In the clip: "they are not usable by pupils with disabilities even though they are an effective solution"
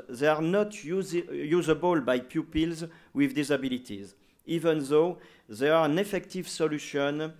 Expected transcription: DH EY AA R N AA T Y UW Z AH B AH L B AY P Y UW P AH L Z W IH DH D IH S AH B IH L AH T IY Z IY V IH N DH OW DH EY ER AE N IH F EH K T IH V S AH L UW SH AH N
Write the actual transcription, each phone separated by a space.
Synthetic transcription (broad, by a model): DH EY AA R N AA T Y UW Z AH B AH L B AY P Y UW P AH L Z W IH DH D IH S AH B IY L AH T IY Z IY V IH N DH OW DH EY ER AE N IH F EH K T IH V S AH L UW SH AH N